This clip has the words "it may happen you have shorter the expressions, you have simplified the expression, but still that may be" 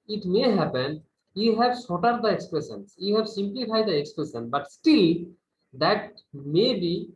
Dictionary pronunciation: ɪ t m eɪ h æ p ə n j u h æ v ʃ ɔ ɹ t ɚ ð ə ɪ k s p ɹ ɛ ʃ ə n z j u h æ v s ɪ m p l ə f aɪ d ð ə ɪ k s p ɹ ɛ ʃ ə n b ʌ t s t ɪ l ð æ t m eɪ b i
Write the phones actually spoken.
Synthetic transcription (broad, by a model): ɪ t m eɪ h æ p ə n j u h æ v s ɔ t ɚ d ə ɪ k s p ɹ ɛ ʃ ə n s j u h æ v s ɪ m p l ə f aɪ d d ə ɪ k s p ɹ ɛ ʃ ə n b ʌ t s t ɪ l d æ t m eɪ b i